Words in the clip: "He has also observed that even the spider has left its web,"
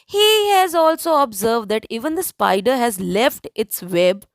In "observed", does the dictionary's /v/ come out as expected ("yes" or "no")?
yes